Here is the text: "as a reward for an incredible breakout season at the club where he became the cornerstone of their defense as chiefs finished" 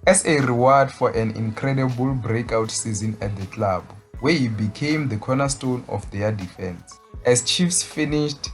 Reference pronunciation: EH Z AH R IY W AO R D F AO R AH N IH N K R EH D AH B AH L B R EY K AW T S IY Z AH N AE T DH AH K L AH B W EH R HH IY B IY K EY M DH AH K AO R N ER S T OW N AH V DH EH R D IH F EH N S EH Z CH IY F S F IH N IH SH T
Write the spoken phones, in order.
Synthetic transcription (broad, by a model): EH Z AH R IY W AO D F AO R AH N IH N K R EH D AH B AH L B R EY K AW T S IY Z AH N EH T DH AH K L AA B W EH HH IY B IY K EY M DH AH K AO N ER S T OW N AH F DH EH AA D IH F EH N S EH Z CH IY F S F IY N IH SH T